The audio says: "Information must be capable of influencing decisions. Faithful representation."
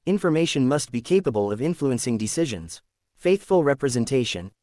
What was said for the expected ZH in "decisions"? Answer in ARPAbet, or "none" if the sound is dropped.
ZH